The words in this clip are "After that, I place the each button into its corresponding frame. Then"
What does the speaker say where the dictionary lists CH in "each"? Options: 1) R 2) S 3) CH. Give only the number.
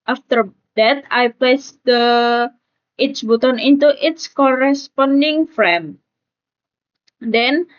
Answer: 2